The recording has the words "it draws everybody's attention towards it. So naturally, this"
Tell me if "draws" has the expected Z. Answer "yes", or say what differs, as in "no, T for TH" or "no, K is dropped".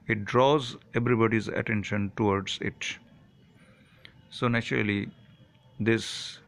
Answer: yes